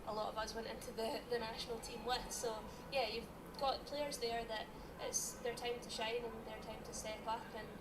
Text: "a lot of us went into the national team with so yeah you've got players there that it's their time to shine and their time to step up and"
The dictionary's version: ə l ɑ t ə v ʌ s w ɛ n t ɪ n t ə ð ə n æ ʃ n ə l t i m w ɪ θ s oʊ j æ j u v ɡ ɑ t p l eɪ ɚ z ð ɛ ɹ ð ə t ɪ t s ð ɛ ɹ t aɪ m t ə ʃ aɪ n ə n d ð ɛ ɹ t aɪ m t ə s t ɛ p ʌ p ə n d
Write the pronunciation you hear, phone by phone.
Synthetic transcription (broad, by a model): ə l ɑ t ə v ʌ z w ɛ n t ɪ n t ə ð ə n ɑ ʃ n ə l t i m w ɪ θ s oʊ j æ j u v ɡ ɑ t p l eɪ ɚ z ð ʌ ɹ ð ə t ɪ t s ð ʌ ɹ t aɪ m t ə ʃ aɪ n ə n ð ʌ ɹ t aɪ m t ə s t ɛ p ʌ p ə n